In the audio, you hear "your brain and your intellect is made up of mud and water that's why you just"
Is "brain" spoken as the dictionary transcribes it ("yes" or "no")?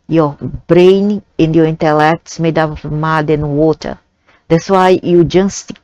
yes